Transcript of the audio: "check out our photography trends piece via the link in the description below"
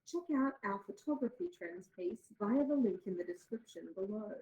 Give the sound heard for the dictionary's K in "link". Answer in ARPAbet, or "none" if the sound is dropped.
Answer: K